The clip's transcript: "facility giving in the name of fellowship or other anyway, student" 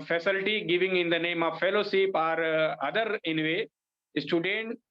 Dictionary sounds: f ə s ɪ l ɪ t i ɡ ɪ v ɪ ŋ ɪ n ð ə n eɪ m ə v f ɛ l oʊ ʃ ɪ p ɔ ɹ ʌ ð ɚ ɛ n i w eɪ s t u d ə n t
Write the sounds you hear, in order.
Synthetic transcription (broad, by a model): f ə s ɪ l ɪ t i ɡ ɪ v ɪ ŋ ɪ n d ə n eɪ m ə v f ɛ l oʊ s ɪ p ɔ ɹ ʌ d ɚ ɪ n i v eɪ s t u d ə n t